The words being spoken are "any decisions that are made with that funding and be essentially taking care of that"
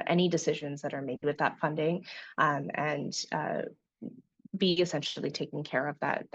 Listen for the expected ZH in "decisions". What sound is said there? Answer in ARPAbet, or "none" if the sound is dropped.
ZH